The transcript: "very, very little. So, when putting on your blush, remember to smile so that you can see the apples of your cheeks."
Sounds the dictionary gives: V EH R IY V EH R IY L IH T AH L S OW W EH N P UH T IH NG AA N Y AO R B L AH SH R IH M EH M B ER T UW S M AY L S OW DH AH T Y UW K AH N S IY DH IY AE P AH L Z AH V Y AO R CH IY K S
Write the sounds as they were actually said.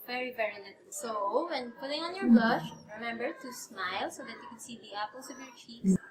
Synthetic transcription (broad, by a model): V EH R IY V EH R IY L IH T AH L S OW W EH N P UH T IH NG AA N Y AO R B L AH SH R IH M EH M B ER T UW S M AY L S OW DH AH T Y UW K AH N S IY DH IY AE P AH L S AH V Y AO R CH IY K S